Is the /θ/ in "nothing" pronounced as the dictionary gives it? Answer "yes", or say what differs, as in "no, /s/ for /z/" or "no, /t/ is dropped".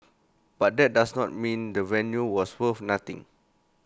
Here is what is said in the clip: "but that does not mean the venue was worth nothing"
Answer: no, /t/ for /θ/